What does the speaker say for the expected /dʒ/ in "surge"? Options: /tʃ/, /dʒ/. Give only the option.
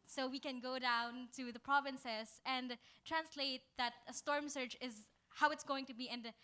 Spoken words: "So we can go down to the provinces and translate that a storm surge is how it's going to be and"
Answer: /tʃ/